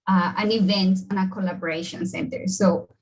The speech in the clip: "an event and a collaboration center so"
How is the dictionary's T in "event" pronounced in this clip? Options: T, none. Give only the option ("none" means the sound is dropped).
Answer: T